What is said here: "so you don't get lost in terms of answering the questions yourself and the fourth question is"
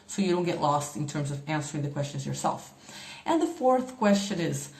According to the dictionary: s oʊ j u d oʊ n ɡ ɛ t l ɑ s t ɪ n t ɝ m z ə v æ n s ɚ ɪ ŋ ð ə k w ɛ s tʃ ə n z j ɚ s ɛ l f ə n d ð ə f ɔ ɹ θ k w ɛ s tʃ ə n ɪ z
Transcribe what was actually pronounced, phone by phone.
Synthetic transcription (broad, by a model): s oʊ j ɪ d oʊ n ɡ ɛ t l ɑ s t ɪ n t ɝ m z ə v æ n s ɚ ɪ ŋ ð ə k w ɛ s tʃ ə n z j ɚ s ɛ l f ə n ð ə f ɔ ɹ θ k w ɛ s tʃ ə n ɪ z